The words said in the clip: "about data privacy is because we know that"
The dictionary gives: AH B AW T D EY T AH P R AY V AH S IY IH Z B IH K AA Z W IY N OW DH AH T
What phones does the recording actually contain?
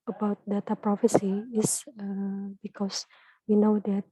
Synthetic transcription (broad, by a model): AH B AW T D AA T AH P R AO F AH S IY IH S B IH K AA S W IY N OW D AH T